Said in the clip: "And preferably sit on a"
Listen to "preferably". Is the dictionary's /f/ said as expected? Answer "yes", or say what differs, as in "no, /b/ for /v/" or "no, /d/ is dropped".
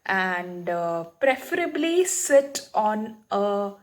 yes